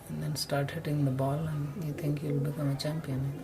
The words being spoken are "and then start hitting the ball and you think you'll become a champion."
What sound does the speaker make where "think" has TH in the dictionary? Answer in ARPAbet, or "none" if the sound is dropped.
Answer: T